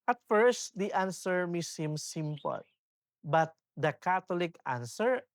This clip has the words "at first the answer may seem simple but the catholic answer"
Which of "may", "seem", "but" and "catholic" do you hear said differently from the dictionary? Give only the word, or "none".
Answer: catholic